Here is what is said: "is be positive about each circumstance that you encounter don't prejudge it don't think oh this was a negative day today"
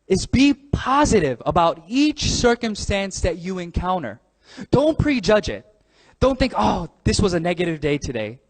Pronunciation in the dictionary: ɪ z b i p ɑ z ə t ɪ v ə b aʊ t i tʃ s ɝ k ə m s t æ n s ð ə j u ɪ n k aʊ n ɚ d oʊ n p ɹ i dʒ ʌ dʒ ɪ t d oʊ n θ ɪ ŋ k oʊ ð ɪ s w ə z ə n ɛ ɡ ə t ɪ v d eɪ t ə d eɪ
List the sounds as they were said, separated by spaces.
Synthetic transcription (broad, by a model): ɪ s b i p ɑ z ə t ɪ v ə b aʊ t i tʃ s ɝ k ə m s t æ n s ð ə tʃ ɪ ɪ n k aʊ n ɚ d oʊ n p ɹ i dʒ ʌ dʒ ɪ t d oʊ n θ ɪ ŋ k oʊ ð ɪ s w ə z ə n ɛ ɡ ə t ɪ v d eɪ t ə d eɪ